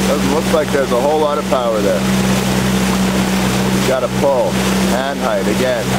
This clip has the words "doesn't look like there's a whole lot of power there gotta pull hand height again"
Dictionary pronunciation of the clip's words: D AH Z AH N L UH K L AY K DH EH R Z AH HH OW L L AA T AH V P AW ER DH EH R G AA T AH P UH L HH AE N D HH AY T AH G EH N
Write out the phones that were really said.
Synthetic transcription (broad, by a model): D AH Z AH N L UH K L AY K DH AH R Z AH HH OW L L AA T AH V P AW ER DH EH R G AA T AH P UH L HH AE N D HH AY T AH G EH N